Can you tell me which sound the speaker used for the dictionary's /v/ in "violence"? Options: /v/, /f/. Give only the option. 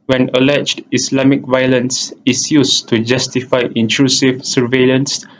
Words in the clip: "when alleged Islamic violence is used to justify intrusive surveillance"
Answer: /v/